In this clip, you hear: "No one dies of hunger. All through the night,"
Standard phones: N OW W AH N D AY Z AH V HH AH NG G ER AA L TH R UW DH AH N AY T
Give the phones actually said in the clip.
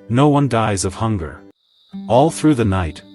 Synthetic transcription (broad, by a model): N OW W AH N D AY Z AH V HH AH NG G ER AA L TH R UW DH AH N AY T